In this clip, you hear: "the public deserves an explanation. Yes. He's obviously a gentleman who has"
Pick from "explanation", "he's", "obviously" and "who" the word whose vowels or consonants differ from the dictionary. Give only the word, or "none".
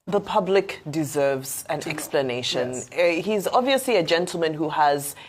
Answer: none